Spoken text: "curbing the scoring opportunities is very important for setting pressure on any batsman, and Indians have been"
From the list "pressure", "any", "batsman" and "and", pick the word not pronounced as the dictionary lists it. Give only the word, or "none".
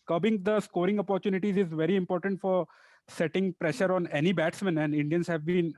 none